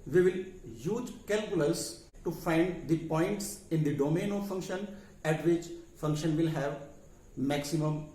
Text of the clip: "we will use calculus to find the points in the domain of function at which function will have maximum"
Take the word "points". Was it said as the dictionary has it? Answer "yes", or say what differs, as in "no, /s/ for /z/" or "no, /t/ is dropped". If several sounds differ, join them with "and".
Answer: yes